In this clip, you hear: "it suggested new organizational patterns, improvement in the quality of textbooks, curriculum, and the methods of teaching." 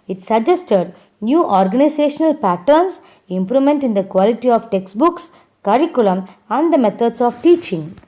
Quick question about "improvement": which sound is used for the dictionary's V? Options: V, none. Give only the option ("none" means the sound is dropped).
none